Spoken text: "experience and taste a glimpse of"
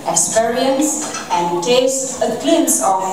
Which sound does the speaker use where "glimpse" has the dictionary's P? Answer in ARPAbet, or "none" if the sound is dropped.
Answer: none